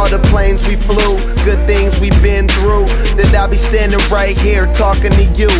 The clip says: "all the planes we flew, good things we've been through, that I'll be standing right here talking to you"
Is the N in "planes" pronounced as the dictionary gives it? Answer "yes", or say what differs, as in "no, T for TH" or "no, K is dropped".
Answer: yes